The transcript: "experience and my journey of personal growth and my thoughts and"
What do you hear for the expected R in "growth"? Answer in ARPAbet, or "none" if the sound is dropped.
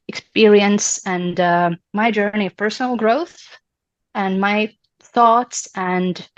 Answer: R